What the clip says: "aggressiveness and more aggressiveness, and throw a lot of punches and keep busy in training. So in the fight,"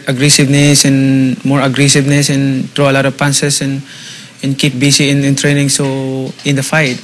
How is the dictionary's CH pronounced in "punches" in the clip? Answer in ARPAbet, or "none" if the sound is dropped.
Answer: S